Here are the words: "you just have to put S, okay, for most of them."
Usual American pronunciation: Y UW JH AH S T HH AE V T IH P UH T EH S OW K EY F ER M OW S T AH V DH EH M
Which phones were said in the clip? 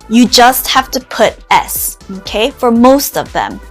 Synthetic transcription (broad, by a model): Y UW JH AH S T HH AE F T IH P UH T EH S OW K EY F ER M OW S T AH V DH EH M